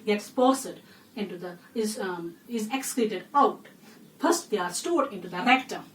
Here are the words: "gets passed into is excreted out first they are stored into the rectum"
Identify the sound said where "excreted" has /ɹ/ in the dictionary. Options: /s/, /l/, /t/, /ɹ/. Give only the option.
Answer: /l/